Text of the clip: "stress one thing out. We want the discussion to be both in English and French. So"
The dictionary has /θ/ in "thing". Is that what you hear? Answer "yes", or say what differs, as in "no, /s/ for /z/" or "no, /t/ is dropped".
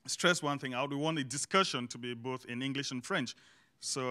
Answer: yes